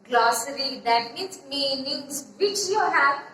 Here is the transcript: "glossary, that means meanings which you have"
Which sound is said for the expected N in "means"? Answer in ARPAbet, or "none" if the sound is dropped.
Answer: none